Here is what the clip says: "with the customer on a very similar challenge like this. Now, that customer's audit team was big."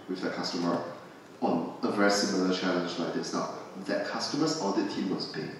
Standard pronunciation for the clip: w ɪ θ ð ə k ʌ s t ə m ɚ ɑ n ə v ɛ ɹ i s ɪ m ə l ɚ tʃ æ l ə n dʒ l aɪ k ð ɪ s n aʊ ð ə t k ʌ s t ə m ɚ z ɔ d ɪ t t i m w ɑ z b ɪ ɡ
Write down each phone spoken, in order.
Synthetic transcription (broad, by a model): w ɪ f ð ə k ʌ s t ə m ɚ ɑ n ə v ɛ ɹ i s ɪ m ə l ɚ tʃ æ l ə n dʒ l aɪ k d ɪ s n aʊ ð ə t k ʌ s t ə m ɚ s ɔ d ɪ t t i m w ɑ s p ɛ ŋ